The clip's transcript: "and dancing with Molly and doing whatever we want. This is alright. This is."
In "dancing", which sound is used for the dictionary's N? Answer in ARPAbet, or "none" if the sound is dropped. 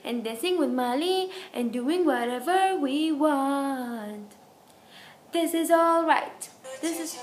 none